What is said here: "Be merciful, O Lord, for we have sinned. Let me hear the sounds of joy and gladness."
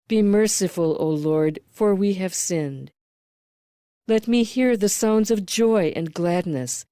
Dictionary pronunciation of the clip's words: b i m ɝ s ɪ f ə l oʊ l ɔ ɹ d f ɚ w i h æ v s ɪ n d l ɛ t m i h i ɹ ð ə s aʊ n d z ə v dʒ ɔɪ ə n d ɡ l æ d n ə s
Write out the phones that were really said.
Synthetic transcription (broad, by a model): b i m ɝ s ɪ f ə l oʊ l ɔ ɹ d f ɚ w i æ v s ɪ n d l ɛ t m i h i ɹ ð ə s aʊ n d z ə v dʒ ɔɪ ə n ɡ l æ d n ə s